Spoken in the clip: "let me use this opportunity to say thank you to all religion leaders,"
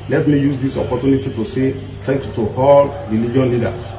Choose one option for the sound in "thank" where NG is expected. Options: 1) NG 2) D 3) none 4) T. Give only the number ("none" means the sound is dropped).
3